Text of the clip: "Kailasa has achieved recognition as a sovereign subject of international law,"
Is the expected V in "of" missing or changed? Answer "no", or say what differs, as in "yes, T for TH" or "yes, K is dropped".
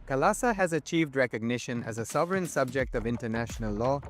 no